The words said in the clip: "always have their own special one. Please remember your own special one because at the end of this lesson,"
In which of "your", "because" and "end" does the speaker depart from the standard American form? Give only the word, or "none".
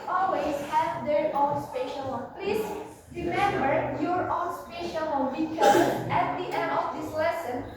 because